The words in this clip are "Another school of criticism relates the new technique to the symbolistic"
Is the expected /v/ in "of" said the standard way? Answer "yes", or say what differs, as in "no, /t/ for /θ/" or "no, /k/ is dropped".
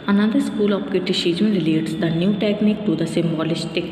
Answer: no, /p/ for /v/